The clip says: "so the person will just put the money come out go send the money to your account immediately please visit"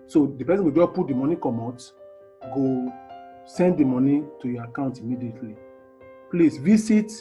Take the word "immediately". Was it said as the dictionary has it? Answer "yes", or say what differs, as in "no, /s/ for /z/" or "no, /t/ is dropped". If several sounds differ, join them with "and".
yes